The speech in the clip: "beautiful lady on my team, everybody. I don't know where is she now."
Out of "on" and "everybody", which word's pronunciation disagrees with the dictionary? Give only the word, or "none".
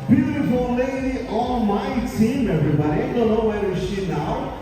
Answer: on